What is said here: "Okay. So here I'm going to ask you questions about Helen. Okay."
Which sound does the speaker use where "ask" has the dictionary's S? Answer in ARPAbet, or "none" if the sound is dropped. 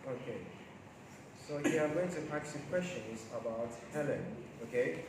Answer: none